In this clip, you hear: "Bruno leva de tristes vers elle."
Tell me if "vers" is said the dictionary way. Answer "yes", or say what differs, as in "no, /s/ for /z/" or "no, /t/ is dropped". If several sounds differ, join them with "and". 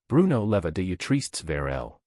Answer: no, /s/ is dropped